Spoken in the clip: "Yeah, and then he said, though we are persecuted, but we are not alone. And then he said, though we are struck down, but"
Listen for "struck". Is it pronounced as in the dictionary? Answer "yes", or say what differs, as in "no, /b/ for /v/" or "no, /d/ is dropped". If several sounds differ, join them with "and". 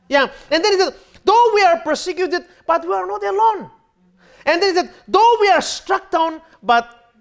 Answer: yes